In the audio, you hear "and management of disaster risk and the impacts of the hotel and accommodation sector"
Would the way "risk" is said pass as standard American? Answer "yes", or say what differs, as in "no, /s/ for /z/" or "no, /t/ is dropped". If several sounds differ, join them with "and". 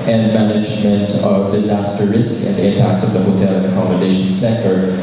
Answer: yes